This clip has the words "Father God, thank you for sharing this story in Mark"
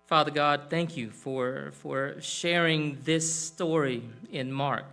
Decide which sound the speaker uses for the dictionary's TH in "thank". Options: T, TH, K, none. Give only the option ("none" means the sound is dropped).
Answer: TH